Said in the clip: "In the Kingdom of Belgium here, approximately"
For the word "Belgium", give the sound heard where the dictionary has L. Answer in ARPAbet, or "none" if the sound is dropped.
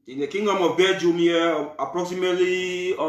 none